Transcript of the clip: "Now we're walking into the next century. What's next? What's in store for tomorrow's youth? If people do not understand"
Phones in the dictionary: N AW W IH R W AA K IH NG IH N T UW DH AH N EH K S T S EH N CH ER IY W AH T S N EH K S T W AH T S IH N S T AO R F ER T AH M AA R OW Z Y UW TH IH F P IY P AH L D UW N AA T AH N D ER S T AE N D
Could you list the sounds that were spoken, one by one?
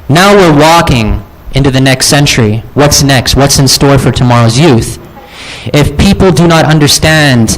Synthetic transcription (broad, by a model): N AW W IH R W AA K IH NG IH N T UW DH AH N EH K S T S EH N CH ER IY W AH T S N EH K S T W AH T S IH N S T AO R F ER T AH M AA R OW Z Y UW TH IH F P IY P L D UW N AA T AH N D ER S T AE N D